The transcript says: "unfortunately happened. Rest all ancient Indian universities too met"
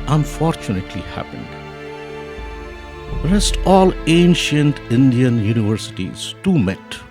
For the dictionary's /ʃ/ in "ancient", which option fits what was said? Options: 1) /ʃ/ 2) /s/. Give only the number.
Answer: 1